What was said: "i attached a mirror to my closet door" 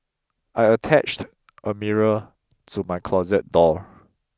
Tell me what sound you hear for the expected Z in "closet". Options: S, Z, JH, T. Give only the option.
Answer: Z